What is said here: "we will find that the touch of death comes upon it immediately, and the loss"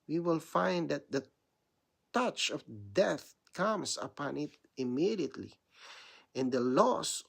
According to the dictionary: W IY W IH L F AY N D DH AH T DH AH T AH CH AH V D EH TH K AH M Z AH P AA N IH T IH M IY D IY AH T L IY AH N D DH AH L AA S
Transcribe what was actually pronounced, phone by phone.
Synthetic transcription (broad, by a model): W IY W IH L F AY N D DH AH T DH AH T AH CH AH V D EH TH K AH M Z AH P AA N IH T IH M IY D IY AH T L IY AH N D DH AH L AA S